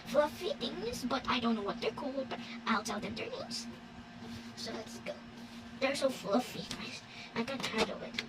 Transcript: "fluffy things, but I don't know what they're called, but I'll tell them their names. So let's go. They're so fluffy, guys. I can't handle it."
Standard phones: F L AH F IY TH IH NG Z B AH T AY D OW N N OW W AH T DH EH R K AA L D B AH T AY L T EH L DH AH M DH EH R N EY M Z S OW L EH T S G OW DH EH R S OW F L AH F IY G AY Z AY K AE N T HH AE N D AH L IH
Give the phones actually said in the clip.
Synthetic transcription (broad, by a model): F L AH F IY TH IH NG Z B AH T AY D OW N N OW W AH T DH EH R K AA L D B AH T AY L T EH L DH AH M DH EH R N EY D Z S OW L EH T S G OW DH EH R S OW F L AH F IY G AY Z AY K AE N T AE D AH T